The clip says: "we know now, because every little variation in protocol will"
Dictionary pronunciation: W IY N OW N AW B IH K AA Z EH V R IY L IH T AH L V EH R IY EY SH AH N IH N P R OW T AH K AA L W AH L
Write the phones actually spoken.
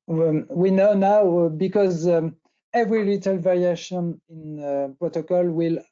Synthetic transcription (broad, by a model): W IY N OW N AW B IH K AA Z EH V R IY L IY T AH L V EH R IY EY SH AH N IH N P R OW T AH K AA L W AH L